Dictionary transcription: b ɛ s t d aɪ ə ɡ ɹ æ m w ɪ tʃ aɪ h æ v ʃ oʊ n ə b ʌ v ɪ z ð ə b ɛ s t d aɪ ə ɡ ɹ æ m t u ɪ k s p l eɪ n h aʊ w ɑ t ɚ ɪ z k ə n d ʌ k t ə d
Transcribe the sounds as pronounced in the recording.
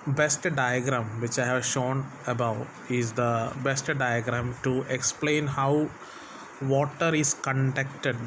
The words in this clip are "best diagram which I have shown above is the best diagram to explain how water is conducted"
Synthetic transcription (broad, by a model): b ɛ s t d aɪ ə ɡ ɹ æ m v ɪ tʃ aɪ h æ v ʃ oʊ n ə b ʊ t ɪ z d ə b ɛ s t d aɪ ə ɡ ɹ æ m t u ɪ k s p l eɪ n h aʊ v ɑ t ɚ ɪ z k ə n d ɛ k t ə d